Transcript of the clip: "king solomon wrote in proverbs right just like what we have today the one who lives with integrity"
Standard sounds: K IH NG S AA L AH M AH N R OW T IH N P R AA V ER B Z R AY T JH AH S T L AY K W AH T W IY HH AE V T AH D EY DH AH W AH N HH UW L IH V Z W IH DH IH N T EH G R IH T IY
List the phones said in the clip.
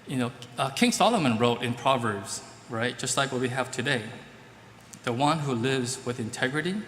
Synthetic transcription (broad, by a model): K IH NG S AA L AH M AH N R OW T IH N P R AA V ER B Z R AY T JH AH S T L AY K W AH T W IY HH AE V T AH D EY DH AH W AH N HH UW L IH V Z W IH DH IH N T EH G R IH T IY